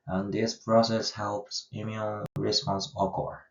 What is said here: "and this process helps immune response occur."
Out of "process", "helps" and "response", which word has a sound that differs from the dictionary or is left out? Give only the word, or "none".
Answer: none